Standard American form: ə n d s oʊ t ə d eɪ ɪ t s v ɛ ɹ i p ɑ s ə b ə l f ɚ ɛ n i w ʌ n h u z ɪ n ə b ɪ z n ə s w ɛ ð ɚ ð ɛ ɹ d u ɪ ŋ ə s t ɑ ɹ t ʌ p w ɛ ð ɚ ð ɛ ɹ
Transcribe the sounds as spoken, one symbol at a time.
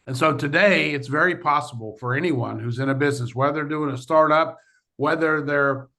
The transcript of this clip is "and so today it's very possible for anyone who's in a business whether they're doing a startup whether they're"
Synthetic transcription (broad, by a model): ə n s oʊ t ə d eɪ ɪ t s v ɛ ɹ i p ɑ s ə b l f ɚ ɛ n i w ʌ n h u z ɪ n ə b ɪ z n ə s w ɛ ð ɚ ɹ d u ɪ ŋ ə s t ɑ ɹ t ʌ p w ɛ ð ɚ ð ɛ ɹ